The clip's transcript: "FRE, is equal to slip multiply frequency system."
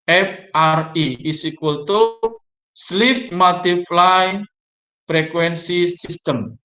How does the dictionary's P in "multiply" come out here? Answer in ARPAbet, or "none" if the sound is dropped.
F